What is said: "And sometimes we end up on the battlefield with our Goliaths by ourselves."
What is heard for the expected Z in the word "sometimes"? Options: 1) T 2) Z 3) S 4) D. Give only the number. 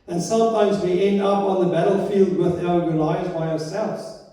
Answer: 2